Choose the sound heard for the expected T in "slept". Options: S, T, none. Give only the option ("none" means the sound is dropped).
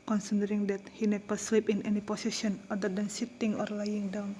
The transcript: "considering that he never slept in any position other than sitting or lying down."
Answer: none